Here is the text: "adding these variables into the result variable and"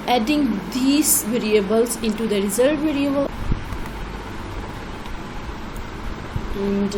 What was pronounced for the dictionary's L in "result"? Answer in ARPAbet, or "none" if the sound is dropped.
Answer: none